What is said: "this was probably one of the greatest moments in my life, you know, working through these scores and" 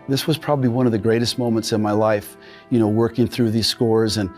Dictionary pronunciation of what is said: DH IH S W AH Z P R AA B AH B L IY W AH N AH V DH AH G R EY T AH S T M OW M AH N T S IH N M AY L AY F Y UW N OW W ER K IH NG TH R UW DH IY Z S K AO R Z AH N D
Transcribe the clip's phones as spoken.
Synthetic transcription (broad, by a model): DH IH S W AH Z P R AA B AH B L IY W AH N AH V DH AH G R EY T AH S T M OW M AH N T S IH N M AY L AY F Y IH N OW W ER K IH NG TH R UW DH IY Z S K AO R Z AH N